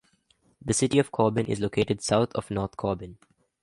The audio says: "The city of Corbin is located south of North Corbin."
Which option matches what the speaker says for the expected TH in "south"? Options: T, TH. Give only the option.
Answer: T